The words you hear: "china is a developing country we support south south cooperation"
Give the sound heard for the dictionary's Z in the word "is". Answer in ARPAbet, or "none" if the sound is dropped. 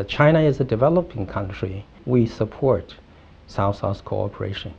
Z